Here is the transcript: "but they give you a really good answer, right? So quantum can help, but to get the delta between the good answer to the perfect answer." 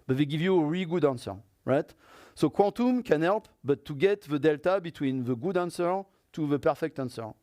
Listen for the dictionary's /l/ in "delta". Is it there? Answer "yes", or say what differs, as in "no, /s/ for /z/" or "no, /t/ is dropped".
yes